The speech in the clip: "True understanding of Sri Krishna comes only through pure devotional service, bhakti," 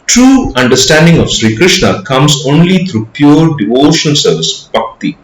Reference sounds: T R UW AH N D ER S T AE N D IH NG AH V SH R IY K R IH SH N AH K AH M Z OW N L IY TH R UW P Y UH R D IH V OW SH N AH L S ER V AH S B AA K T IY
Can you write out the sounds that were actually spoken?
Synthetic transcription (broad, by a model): T R UW AH N D ER S T AE N D IH NG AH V SH R IY K R IH SH N AH K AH M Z OW N L IY T R UW P Y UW R D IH V OW SH AH N S ER V AH S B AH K T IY